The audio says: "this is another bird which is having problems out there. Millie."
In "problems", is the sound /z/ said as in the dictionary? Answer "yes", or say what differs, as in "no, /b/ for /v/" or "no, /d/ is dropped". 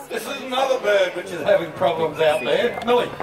yes